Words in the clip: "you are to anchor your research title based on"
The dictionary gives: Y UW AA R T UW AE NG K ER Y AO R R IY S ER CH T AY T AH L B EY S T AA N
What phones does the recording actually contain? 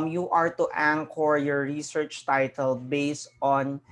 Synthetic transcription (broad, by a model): Y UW AA R T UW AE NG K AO Y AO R R IY S ER CH T AY T AH L B EY S T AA N